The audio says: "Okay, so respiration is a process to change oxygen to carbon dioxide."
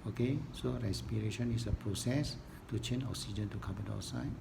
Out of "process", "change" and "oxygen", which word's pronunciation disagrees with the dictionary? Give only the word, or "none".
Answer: change